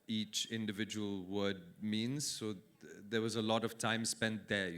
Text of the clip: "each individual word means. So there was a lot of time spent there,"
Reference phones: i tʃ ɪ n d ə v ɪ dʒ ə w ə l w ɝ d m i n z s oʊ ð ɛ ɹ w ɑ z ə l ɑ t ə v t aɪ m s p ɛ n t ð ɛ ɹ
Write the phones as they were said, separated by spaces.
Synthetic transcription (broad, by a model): i tʃ ɪ n d ə v ɪ dʒ ə w ə l w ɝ d m i n z s oʊ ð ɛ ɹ w ɑ z ə l ɑ t ə v t aɪ m s p ɛ n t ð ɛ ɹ